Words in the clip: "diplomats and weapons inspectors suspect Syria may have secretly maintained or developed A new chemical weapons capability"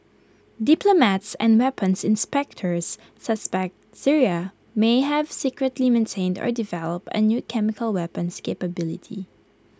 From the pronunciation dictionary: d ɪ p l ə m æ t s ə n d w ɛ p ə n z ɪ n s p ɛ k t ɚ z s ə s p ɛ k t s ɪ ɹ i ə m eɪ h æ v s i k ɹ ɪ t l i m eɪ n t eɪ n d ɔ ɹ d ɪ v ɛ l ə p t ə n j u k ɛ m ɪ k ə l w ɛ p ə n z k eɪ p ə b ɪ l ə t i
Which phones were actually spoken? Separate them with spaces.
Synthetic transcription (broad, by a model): d ɪ p l ə m æ t s ə n d w ɛ p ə n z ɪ n s p ɛ k t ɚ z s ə s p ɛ k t s ɪ ɹ i ə m eɪ h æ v s i k ɹ ɪ t l i m eɪ n t eɪ n d ɔ ɹ d ɪ v ɛ l ə p t ə n j u k ɛ m ɪ k ə l w ɛ p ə n s k eɪ p ə b ɪ l ə t i